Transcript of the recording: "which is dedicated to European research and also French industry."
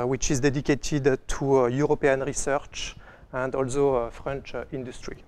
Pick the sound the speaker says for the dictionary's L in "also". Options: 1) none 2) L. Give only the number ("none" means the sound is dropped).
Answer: 2